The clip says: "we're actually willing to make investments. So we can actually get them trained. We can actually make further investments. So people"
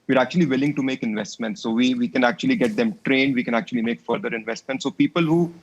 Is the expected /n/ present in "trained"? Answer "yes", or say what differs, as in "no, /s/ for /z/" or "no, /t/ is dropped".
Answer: yes